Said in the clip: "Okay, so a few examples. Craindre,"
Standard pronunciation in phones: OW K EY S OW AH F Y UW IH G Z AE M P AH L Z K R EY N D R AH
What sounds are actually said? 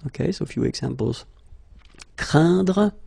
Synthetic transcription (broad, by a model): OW K EY S OW F Y UW IH G Z AE M P AH L Z K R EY D R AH